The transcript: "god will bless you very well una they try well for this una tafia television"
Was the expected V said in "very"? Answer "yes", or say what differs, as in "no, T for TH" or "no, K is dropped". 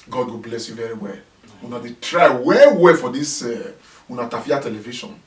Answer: yes